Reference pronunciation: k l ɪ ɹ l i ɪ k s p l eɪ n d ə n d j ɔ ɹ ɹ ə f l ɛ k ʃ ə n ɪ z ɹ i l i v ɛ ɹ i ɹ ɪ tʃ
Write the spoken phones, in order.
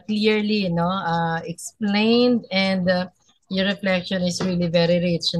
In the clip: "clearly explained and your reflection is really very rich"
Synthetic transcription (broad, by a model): k l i ɹ l i ɪ k s p l eɪ n d ə n d j ɔ ɹ ɹ ə f l ɛ k ʃ ə n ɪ s ɹ i l i v ɛ ɹ i ɹ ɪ tʃ